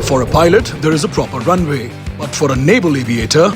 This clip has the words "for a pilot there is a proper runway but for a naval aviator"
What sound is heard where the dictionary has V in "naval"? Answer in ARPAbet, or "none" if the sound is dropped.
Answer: B